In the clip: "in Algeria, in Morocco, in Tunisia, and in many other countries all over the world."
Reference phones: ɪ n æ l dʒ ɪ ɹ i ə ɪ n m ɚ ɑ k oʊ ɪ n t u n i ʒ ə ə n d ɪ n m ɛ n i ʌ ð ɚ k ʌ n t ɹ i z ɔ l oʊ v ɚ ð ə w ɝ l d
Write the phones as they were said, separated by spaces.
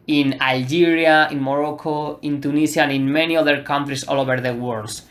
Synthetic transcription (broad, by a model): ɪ n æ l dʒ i ɹ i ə ɪ n m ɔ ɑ k oʊ ɪ n t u n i s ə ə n ɪ n m ɛ n i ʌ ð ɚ k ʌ n t ɹ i s ɔ l oʊ b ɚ ð ə w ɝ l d